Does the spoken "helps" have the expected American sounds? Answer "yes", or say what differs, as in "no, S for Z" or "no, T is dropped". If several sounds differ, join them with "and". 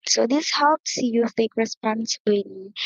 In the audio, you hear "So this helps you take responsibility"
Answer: yes